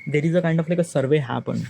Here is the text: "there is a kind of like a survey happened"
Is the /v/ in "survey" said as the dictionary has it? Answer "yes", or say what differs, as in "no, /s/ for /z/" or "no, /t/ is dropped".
yes